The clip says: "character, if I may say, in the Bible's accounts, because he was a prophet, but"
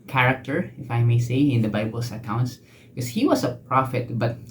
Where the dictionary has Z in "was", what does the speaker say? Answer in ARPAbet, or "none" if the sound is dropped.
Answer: S